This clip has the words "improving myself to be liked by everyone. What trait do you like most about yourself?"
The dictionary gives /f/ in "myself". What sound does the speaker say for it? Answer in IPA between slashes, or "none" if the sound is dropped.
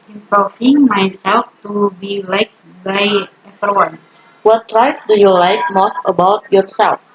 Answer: /f/